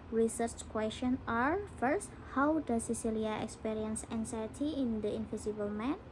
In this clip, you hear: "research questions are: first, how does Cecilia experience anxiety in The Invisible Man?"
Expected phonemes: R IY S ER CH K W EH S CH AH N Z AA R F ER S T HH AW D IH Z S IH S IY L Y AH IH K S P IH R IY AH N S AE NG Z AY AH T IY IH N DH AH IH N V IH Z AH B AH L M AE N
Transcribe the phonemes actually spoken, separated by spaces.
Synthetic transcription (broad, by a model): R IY S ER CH K W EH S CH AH N AA R F ER S T HH AW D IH S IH S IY L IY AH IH K S P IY R IY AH N S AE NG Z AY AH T IY IH N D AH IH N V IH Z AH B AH L M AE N